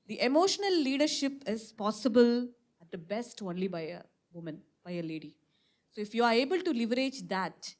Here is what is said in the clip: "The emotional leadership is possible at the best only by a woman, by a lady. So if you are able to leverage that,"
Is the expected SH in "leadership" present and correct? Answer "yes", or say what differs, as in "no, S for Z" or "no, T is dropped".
yes